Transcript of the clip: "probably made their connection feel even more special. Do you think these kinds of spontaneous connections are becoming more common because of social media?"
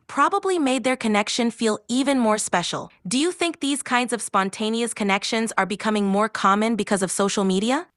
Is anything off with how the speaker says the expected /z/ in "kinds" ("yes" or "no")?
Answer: no